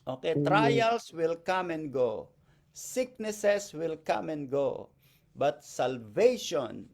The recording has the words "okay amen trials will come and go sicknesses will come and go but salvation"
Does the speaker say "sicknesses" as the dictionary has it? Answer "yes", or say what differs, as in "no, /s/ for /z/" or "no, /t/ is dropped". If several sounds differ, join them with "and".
no, /s/ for /z/